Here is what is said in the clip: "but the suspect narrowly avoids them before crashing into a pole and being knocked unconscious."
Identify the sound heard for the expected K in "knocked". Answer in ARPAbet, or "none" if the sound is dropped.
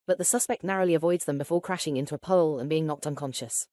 K